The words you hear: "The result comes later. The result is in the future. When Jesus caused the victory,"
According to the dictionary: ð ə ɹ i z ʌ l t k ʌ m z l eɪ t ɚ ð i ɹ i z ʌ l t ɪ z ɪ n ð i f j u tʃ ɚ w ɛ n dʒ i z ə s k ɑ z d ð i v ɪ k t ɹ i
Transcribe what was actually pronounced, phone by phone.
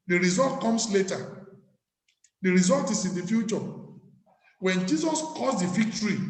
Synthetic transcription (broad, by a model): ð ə ɹ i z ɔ l t k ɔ m s l eɪ t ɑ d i ɹ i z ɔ l t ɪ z ɪ n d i f j u tʃ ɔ w ɛ n dʒ i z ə s k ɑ s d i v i k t ɹ i